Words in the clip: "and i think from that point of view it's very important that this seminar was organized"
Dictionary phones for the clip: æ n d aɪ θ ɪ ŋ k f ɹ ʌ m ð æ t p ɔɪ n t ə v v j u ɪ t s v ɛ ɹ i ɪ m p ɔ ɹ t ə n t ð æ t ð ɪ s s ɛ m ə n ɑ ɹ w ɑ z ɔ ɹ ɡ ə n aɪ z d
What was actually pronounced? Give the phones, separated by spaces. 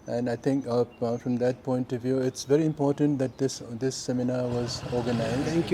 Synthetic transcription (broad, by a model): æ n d aɪ t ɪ ŋ k f ɹ ʌ m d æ t p ɔɪ n t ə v v j u ɪ t s v ɛ ɹ i ɪ m p ɔ ɹ t ə n t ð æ t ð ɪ s s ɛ m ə n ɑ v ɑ z ɔ ɹ ɡ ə n aɪ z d